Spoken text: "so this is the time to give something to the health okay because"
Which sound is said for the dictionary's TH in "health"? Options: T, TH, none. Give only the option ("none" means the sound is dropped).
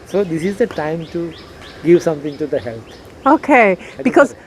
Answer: T